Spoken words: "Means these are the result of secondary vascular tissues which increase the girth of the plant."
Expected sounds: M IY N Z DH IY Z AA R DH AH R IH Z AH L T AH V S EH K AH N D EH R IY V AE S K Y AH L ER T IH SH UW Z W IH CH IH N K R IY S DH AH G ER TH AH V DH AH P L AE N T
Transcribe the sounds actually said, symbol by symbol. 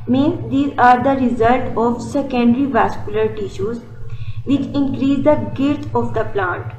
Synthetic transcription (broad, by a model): M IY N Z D IY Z AA R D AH R IH Z AH L T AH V S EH K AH N D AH R IY V AE S K Y AH L ER T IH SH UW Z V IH CH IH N K R IY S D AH G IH T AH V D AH P L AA N T